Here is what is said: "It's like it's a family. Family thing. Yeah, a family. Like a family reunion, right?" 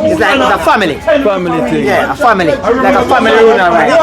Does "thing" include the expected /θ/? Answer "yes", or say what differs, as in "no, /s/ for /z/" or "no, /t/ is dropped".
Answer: no, /t/ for /θ/